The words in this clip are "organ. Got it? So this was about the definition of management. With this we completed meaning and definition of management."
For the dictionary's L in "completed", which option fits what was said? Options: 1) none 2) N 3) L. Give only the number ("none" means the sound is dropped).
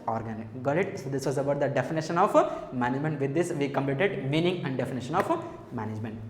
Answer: 3